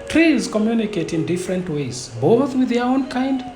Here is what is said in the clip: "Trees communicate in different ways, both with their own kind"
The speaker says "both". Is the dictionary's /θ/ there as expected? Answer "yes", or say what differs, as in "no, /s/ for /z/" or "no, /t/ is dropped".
yes